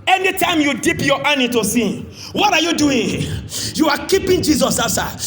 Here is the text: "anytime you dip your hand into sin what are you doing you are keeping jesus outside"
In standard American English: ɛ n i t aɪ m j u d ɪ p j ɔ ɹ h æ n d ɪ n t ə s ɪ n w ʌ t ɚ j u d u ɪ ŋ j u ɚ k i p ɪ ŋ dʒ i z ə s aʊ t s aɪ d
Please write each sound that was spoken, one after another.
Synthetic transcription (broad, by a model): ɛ n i t aɪ m j u d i p j ɔ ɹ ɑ n ɪ t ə s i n w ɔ t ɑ j u d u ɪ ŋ j u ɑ k i p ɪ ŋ dʒ i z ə s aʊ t s aɪ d